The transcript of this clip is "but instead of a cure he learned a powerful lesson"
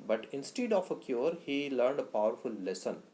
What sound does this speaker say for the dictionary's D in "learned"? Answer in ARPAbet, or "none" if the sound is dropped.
D